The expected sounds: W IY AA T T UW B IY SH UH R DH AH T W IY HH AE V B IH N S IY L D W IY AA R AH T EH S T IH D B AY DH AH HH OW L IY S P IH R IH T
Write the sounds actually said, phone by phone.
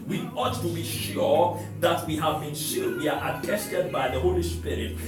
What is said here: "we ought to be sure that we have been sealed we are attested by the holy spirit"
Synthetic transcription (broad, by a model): W IY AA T T UW B IY SH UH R DH AH T W IY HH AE V B IH N SH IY D W IY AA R AH T EH S T IH D B AY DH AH HH OW L IY S P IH R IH T